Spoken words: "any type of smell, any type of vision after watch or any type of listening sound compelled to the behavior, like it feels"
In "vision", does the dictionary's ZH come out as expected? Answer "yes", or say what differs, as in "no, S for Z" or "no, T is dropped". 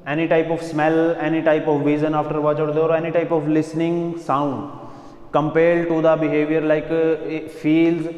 no, Z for ZH